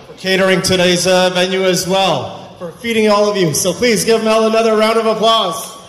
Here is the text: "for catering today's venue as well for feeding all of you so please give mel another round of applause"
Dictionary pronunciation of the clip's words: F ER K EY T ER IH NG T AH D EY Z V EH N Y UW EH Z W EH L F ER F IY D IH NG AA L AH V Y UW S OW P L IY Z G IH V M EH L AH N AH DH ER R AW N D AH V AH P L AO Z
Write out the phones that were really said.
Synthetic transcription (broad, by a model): K EY T ER IH NG T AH D EY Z V EH N Y UW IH Z W EH L F ER F IY D IH NG AA L AH V Y UW S OW P L IY Z G IH V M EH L AH N AH DH ER R AW N D AH V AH P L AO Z